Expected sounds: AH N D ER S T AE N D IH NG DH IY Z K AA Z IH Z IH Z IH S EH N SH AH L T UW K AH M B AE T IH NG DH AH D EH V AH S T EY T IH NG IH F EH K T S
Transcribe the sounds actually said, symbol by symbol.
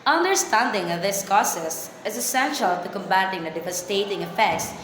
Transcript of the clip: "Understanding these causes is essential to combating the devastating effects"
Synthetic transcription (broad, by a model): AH N D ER S T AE N D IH NG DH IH S K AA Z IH S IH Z IH S EH N SH AH L T UW K AH M B AE T IH NG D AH D EH V AH S T EY T IH NG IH F EH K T S